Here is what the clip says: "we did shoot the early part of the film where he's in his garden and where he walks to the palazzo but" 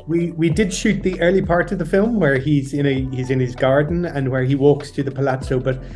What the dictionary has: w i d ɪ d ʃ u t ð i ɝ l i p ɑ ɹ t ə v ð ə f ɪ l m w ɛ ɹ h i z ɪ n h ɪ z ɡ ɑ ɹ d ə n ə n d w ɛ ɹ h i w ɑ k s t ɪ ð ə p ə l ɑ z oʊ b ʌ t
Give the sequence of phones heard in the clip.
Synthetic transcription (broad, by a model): w i d ɪ d ʃ u t ð i ɝ l i p ɑ ɹ t ə v ð ə f ɪ l m w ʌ ɹ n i z ɪ n ɪ z ɡ ɑ ɹ d n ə n w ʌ ɹ i w ɑ k s t ɪ ð ə p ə l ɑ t oʊ b ʌ t